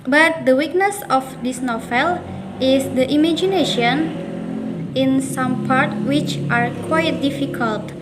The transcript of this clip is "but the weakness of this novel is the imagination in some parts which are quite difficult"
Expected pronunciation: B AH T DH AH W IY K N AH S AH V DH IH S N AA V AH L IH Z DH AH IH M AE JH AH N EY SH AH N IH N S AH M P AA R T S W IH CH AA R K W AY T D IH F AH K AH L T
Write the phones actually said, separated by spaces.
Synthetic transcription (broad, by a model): B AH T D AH W IY K N AH S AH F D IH S N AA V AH L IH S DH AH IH M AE JH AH N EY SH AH N IH N S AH M P AA R T W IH CH AA R K W AY T D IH F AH K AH L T